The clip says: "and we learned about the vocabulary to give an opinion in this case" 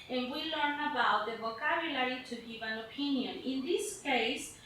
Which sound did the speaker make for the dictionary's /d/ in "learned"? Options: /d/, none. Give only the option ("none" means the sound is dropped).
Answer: none